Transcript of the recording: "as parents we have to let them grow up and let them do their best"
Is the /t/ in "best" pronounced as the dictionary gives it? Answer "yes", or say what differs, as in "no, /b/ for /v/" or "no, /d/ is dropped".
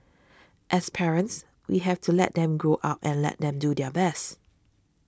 yes